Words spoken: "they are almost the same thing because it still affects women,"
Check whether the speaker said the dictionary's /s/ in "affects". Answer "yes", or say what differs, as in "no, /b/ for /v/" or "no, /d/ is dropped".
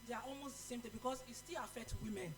no, /s/ is dropped